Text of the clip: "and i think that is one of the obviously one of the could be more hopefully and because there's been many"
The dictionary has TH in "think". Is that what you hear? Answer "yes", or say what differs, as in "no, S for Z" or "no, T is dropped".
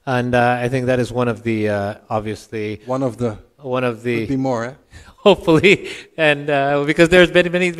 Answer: yes